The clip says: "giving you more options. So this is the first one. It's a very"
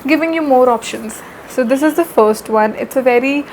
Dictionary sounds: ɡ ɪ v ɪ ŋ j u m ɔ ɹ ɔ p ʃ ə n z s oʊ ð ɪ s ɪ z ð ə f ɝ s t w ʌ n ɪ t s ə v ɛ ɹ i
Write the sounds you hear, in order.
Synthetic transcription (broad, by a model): ɡ ɪ v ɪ ŋ j u m ɔ ɹ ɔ p ʃ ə n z s oʊ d ɪ s ɪ z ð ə f ɝ s t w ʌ n ɪ t s ə v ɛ ɹ i